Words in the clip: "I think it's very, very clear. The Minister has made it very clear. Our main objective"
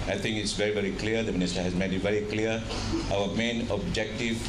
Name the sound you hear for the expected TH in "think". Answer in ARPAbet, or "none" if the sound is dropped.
T